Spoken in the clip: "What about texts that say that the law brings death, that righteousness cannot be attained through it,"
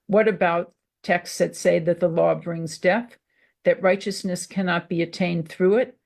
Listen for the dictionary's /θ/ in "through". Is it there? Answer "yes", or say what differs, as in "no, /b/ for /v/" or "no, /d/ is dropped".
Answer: yes